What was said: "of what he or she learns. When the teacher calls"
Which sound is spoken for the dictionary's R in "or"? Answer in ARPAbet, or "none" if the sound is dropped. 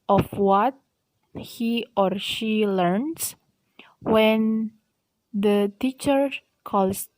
R